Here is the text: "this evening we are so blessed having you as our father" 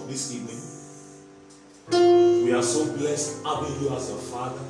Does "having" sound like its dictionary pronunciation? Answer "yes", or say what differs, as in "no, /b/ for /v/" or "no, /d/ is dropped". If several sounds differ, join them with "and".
no, /b/ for /v/